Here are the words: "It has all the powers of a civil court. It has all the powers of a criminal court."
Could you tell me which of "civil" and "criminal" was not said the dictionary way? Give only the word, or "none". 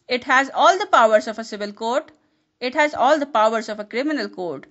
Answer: none